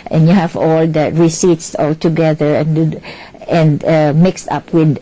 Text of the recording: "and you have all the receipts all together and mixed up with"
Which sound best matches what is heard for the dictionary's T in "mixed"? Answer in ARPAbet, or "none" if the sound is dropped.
T